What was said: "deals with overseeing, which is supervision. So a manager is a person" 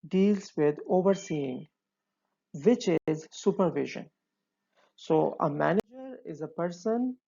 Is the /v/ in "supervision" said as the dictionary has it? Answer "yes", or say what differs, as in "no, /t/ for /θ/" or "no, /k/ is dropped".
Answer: yes